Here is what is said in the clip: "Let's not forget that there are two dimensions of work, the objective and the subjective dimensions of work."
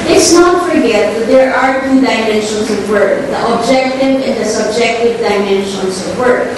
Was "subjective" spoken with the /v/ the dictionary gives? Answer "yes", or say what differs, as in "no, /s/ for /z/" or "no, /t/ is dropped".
yes